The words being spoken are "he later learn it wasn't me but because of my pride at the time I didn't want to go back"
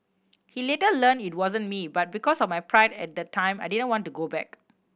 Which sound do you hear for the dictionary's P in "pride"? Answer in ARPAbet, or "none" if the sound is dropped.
P